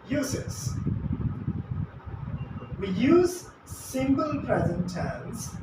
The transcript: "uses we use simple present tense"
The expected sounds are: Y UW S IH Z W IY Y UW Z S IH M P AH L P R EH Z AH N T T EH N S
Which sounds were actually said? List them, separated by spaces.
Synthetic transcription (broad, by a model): Y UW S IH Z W IY Y UW Z S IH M B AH L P R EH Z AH N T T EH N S